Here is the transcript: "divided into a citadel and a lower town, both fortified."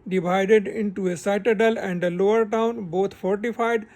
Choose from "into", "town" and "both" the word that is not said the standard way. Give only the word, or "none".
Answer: both